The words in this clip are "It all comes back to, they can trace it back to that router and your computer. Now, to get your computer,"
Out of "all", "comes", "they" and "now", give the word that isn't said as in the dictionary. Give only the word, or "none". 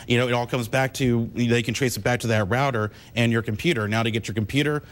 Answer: none